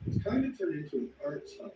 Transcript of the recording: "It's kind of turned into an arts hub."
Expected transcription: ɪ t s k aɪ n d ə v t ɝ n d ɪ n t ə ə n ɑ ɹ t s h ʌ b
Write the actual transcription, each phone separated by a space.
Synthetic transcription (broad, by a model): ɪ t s k aɪ n d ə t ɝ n ɪ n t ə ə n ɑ ɹ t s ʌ